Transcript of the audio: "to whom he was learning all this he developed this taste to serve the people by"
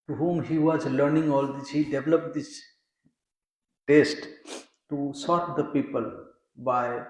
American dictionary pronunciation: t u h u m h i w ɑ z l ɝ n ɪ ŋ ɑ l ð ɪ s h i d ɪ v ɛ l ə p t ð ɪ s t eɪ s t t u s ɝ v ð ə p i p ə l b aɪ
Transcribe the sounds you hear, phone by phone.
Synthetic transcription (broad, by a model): t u h u m h i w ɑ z l ɝ n ɪ ŋ ɑ l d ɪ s h i d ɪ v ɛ l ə p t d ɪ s t eɪ s t t u s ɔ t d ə p i p ə l b aɪ